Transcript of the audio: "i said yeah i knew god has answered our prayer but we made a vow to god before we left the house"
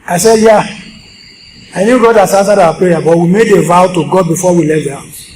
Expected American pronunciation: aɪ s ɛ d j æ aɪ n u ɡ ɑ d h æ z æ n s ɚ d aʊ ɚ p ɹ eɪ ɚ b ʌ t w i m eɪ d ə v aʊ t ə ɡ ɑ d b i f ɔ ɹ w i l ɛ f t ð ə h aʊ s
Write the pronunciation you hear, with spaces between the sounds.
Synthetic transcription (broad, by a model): aɪ s ɛ d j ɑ aɪ n u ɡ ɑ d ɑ s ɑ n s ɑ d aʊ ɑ p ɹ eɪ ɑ b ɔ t w i m eɪ d ə v aʊ t ə ɡ ɑ d b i f ɔ w i l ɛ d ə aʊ